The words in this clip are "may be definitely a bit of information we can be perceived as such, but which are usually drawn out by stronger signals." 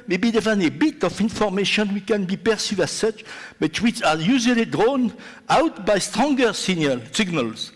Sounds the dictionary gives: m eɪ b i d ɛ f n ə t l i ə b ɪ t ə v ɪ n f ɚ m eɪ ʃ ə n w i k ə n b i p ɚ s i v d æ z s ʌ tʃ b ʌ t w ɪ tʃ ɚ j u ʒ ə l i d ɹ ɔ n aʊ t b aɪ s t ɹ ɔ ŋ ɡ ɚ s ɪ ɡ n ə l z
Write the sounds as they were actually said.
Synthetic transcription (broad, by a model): m eɪ b i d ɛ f ə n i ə b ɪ t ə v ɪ n f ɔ m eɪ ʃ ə n w i k ə n b i p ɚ s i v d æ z s ʌ tʃ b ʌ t w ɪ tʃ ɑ j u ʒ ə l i d ɹ ɔ n aʊ t b aɪ s t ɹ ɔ ŋ ɡ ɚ s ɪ ɡ n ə l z